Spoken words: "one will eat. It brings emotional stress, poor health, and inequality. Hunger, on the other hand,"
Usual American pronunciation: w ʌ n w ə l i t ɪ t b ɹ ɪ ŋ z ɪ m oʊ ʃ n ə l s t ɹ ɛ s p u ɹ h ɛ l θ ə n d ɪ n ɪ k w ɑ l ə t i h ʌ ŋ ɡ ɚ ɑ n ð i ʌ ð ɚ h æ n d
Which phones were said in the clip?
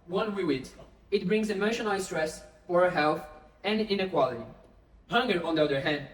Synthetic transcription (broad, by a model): w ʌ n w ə w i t ɪ t b ɹ ɪ ŋ z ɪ m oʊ ʃ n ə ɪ s t ɹ ɛ s f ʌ ɹ h ɛ l θ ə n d ɪ n ɪ k w ɑ l ə t i h ʌ ŋ ɡ ɚ ɑ n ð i ʌ ð ɚ h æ n d